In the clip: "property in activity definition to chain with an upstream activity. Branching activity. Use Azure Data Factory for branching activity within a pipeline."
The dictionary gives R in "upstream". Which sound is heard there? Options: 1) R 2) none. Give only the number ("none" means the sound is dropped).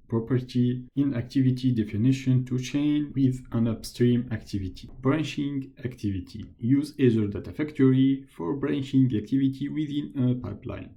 1